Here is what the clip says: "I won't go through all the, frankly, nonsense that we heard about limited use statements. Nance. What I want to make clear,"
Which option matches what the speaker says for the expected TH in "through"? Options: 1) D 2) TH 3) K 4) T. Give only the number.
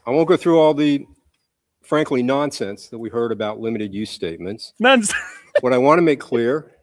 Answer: 2